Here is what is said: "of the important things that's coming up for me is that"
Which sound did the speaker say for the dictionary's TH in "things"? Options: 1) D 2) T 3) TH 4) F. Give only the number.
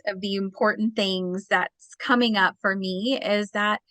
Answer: 3